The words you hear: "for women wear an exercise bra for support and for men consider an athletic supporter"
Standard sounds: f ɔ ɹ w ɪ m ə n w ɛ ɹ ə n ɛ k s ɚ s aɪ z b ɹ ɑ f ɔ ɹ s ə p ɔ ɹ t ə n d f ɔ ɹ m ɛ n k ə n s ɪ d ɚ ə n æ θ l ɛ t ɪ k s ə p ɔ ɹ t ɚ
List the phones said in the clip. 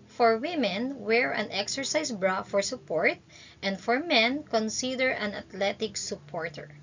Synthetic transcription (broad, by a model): f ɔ ɹ w ɪ m ə n w ɛ ɹ ə n ɛ k s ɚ s aɪ s b ɹ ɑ f ɔ ɹ s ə p ɔ ɹ t ə n d f ɔ ɹ m ɛ n k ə n s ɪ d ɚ ə n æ t l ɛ t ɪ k s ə p ɔ ɹ t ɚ